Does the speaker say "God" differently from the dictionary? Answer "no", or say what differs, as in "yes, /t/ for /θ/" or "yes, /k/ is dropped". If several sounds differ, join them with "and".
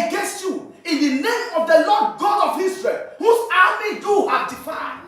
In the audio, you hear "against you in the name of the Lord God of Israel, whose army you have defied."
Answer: no